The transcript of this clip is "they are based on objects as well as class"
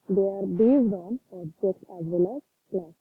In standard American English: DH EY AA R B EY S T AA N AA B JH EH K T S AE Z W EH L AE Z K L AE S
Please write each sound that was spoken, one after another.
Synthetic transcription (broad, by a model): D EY AA R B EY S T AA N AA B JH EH K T AE Z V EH L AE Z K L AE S